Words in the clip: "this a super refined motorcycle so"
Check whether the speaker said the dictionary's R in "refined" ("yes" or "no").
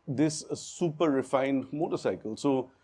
yes